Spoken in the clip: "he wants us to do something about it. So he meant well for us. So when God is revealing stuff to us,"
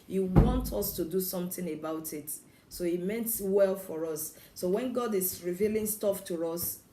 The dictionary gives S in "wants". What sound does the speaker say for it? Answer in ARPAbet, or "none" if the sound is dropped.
none